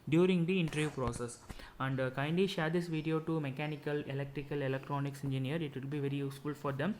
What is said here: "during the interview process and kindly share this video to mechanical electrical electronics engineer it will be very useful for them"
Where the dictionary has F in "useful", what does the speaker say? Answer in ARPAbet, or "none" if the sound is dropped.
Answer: F